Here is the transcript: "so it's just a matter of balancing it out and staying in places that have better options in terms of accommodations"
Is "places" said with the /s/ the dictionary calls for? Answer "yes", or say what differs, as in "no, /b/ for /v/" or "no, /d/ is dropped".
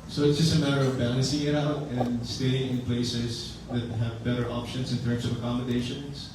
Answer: yes